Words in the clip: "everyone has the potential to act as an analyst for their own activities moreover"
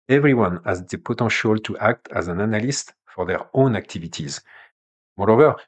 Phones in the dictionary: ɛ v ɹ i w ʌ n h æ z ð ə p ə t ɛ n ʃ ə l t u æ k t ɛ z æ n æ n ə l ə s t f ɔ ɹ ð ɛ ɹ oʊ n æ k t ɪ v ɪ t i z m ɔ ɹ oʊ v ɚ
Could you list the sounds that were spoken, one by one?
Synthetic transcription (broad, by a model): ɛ v ɹ i w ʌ n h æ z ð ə p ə t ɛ ʃ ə l t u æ k t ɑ z æ n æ n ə l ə s t f ɔ ɹ ð ɛ ɹ oʊ n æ k t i v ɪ t i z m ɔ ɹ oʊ v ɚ